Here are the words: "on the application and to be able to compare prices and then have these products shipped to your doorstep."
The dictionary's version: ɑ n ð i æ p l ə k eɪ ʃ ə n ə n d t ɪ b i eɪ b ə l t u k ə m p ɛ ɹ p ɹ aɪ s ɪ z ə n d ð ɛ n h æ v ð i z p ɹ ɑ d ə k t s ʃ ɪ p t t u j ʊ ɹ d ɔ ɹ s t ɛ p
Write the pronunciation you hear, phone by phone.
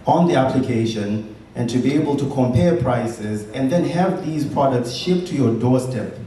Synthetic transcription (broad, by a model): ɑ n ð i æ p l ə k eɪ ʃ ə n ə n t ɪ b i eɪ b ə l t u k ə m p ɛ ɹ p ɹ aɪ s ɪ z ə n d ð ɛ n h æ v ð i z p ɹ ɑ d ə k t s ʃ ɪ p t t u j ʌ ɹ d ɔ ɹ s t ɛ p